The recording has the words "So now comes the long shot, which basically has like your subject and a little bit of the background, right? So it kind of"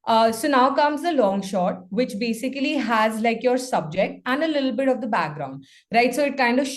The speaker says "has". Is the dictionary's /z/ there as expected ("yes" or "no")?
yes